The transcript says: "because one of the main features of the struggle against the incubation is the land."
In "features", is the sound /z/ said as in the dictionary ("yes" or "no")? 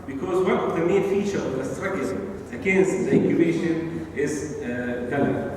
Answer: no